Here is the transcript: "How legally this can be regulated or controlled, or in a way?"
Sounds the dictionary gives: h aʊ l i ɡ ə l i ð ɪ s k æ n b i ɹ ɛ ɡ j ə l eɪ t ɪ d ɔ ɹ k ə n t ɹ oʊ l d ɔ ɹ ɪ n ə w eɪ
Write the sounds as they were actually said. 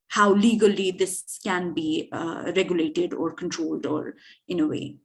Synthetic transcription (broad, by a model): h aʊ l i ɡ ə l i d ɪ s k æ n b i ɹ ɛ ɡ j ə l eɪ t ɪ d ɔ ɹ k ə n t ɹ oʊ l d ɔ ɹ ɪ n ə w eɪ